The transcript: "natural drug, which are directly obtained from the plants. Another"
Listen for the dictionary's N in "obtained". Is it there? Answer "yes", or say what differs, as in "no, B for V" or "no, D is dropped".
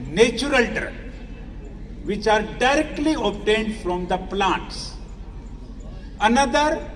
yes